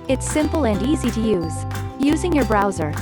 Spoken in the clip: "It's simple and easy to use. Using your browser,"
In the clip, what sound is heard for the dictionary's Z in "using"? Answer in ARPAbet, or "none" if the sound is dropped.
Z